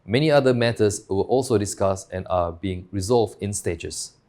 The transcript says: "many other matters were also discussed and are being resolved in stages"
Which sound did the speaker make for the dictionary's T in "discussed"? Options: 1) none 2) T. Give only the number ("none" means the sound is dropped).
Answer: 1